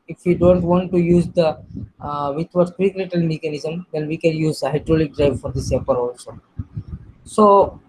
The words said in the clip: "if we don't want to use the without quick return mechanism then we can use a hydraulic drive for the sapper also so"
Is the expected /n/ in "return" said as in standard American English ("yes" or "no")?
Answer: no